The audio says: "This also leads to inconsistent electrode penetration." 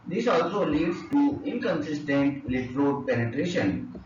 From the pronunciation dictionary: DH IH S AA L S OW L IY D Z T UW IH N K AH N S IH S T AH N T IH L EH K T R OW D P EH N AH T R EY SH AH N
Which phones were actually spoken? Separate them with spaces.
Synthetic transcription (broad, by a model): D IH S AA L S OW L IY D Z T UW IH N K AH N S IH S T AH N T L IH T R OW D P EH N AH T R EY SH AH N